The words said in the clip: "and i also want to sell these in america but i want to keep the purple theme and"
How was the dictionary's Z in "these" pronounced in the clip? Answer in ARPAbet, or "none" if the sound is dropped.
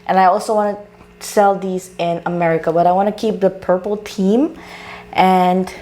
Z